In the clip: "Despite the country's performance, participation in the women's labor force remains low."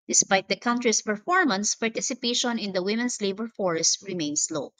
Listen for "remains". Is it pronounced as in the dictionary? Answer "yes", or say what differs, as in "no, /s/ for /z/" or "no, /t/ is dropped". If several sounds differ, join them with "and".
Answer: no, /s/ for /z/